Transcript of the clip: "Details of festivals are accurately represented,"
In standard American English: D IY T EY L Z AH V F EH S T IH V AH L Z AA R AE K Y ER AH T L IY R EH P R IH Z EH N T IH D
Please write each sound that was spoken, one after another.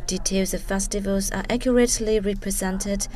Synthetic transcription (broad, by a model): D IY T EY L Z AH V F EH S T IH V AH L Z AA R AE K Y ER AH T L IY R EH P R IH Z EH N T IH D